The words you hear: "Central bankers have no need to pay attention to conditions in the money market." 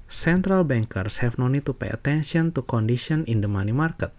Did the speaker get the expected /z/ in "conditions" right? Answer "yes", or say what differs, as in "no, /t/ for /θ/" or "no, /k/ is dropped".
no, /z/ is dropped